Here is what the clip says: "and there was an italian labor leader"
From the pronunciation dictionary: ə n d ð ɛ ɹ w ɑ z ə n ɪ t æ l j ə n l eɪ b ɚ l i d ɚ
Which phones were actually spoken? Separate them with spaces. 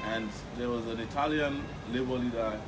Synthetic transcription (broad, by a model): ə n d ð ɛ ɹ w ɑ z ə n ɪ t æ l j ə n l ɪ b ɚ l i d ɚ